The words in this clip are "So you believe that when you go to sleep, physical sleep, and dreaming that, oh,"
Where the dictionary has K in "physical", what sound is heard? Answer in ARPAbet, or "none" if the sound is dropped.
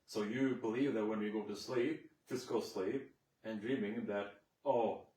none